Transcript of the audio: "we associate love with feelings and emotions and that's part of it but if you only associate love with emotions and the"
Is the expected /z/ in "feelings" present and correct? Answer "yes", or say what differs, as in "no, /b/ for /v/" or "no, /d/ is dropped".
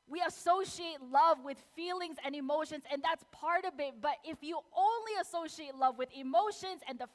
yes